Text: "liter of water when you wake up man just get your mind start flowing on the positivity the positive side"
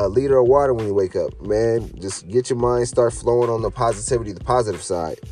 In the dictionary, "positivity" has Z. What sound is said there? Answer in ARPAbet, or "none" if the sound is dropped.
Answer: Z